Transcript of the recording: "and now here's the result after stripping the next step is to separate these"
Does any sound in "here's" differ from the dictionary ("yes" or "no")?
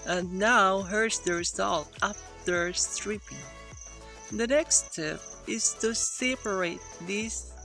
yes